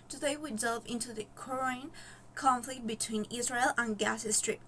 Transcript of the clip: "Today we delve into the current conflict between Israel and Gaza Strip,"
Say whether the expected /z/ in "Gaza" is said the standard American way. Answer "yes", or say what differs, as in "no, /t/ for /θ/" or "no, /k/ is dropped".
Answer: no, /s/ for /z/